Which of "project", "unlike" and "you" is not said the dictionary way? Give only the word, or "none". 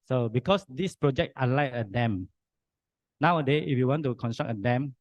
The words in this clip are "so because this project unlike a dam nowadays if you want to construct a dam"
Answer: unlike